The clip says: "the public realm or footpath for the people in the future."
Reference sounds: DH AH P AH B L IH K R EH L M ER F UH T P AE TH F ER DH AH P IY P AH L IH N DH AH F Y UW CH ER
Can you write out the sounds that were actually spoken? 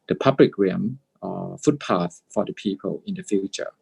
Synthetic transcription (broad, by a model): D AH P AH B L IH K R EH M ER F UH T P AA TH F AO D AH P IY P AH L IH N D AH F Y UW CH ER